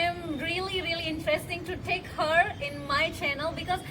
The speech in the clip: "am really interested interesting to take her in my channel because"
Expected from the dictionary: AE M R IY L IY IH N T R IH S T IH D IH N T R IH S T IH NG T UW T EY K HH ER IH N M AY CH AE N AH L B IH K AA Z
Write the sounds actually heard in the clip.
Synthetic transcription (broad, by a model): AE M R IY L IY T R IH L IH IH N T R IH S T IH NG T UW T EY K HH ER IH N M AY CH AE N AH L B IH K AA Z